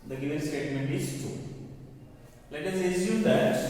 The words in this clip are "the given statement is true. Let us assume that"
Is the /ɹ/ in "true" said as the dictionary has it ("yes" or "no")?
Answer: no